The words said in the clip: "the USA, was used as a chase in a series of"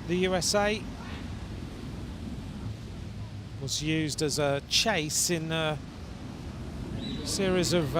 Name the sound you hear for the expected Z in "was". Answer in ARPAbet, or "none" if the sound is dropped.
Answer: Z